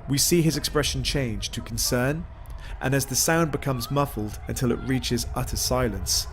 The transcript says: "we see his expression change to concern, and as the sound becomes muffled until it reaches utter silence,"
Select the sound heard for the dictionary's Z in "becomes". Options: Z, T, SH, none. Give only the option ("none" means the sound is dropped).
Z